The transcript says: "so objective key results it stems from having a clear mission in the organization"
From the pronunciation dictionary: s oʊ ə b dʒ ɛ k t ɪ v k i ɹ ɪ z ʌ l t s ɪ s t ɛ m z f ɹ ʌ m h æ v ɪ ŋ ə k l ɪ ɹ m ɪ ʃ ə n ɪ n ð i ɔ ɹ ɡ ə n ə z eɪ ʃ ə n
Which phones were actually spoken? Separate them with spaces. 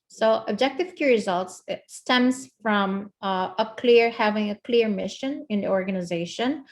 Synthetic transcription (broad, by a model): s oʊ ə b dʒ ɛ k t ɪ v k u ɹ ɪ z ʌ l t s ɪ s t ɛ m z f ɹ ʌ m h æ v ɪ ŋ ə k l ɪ ɹ m ɪ ʃ ə n ɪ n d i ɔ ɹ ɡ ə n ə z eɪ ʃ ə n